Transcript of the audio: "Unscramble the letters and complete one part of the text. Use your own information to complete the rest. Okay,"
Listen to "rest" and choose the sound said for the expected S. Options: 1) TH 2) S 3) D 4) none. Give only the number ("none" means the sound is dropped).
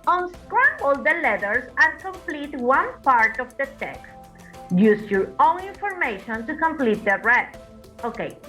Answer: 4